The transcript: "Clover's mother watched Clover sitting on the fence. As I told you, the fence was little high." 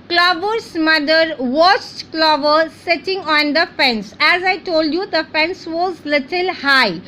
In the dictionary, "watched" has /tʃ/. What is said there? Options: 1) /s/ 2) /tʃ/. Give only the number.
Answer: 1